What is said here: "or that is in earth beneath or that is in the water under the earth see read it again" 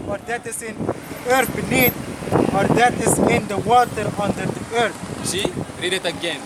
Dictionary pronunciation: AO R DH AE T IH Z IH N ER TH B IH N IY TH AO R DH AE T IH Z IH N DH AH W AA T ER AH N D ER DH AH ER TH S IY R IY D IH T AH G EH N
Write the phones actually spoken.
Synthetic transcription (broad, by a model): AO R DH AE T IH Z IH N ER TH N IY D AO R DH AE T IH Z IH N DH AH W AA T ER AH N D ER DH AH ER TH SH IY R IY D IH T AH G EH N